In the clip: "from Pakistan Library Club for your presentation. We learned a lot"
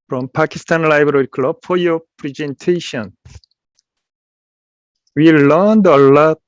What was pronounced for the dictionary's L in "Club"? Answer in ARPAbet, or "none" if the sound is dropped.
L